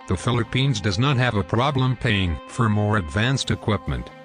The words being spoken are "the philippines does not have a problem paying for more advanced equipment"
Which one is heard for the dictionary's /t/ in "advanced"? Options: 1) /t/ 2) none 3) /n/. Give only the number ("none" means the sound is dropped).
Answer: 1